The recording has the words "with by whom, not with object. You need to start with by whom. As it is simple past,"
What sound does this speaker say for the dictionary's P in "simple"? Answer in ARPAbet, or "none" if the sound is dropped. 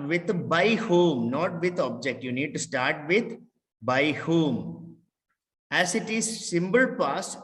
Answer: B